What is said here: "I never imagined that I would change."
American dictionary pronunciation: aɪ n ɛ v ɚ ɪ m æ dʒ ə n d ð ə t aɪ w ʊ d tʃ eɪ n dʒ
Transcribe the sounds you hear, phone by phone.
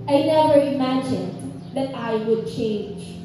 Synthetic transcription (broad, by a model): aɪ n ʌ b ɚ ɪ m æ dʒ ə n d ð ə t aɪ w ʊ d tʃ eɪ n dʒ